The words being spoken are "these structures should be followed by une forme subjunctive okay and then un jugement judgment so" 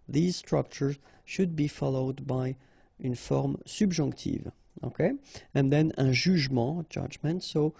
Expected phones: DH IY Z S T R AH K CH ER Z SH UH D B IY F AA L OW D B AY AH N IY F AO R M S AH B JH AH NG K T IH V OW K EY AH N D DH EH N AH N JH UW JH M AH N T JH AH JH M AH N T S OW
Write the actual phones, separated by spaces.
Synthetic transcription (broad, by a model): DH IY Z S T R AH K CH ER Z SH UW D B IY F AA L OW D B AY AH N F AO R M S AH B ZH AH K T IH V OW K EY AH N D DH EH N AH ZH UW ZH M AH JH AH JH M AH N T S OW